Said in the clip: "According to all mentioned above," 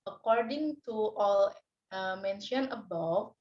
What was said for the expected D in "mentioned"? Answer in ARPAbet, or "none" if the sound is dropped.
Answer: none